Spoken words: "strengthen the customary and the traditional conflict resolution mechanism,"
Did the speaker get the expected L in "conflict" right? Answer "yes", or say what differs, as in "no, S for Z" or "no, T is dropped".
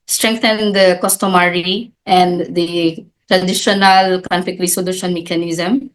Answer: no, L is dropped